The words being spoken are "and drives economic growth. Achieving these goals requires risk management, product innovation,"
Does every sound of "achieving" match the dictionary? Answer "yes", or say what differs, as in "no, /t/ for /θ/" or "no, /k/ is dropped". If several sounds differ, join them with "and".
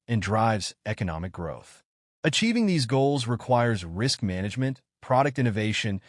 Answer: yes